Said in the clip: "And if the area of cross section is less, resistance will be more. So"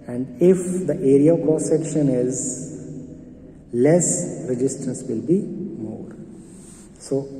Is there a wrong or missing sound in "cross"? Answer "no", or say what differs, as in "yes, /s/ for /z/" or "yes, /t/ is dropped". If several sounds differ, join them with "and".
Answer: yes, /ɹ/ is dropped